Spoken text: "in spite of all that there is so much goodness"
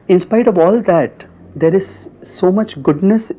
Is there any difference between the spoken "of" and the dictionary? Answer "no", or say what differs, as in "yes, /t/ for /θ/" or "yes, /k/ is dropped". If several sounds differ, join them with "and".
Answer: no